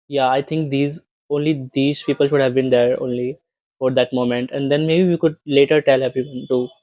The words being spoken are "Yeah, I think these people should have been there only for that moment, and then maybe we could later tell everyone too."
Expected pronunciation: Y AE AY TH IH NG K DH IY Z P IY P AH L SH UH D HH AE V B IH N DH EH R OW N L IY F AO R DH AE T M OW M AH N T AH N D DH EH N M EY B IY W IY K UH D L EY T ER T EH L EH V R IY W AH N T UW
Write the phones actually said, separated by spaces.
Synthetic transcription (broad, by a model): Y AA AY T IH NG K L IY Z P IY P AH L SH UH D HH AE V B IH N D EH R OW N L IY F AO R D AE T M OW M AH N T AH N D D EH N M EY B IY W IY K UH D L EY T ER T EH L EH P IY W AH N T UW